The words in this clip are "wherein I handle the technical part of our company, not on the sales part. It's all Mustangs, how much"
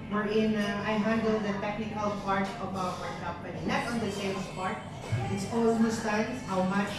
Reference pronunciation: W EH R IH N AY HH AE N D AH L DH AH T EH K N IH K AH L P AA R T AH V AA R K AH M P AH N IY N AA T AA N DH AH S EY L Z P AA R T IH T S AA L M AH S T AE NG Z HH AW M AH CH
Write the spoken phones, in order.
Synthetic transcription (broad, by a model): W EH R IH N AY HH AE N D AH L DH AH T EH K N IH K AH L P AA R T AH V AA R K AH M P AH N IY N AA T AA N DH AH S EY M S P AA R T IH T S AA W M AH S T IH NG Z HH AW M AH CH